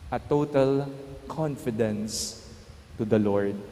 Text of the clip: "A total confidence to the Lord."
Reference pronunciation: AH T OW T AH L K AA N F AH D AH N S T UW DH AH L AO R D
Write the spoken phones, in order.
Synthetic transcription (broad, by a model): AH T OW T AH L K AA N F AH D AH N S T UW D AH L AO R D